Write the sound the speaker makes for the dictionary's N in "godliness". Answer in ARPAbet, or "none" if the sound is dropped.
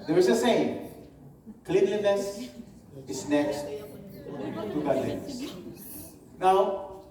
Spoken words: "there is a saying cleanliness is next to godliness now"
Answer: none